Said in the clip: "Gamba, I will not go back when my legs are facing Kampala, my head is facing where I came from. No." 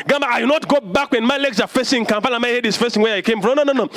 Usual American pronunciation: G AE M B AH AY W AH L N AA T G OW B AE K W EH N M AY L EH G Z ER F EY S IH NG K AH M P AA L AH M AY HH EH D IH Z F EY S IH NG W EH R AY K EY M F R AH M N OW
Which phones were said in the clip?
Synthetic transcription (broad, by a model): G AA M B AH AY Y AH N AA T G OW B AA K W EH N M AY L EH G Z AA F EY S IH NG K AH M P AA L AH M AY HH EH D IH S F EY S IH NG W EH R AY K EY M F R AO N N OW